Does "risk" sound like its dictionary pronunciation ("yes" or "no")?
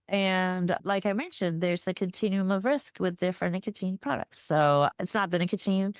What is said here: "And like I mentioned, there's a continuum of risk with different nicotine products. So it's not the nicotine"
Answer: yes